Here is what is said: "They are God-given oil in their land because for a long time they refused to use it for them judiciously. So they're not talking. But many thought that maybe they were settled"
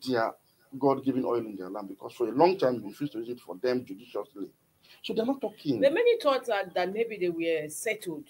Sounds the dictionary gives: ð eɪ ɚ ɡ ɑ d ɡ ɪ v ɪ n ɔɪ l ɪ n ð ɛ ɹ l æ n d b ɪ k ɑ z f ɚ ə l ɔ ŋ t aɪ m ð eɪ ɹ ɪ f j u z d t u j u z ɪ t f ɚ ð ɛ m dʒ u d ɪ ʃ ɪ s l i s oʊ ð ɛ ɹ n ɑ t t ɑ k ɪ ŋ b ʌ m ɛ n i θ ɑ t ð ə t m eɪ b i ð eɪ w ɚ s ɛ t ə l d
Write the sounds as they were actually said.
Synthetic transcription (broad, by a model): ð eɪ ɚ ɡ ɑ d ɡ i v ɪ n ɔɪ l ɪ n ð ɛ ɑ l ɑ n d b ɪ k ɑ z f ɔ ə l ɔ ŋ t aɪ m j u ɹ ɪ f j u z t u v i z ɪ t f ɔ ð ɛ m dʒ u d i ʃ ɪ s l i s oʊ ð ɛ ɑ n ɑ t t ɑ k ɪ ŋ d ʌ m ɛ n i s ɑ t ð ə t m eɪ b i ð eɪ w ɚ s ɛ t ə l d